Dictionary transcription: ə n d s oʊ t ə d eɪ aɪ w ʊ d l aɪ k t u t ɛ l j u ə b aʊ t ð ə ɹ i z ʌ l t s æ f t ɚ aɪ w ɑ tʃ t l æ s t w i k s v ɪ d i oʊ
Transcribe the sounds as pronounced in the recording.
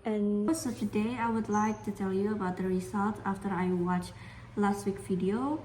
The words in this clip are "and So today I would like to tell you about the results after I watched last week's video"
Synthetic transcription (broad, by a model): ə n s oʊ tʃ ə d eɪ aɪ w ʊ d l aɪ k t u t ɛ l j u ə b aʊ t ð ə ɹ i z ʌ l t æ f t ɚ aɪ w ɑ tʃ l æ s t w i k v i d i oʊ